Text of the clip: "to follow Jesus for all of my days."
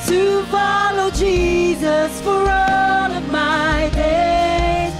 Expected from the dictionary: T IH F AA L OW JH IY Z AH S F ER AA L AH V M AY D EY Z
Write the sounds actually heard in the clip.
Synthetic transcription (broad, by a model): T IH F AA L OW JH IY Z AH S F ER AA L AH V M AY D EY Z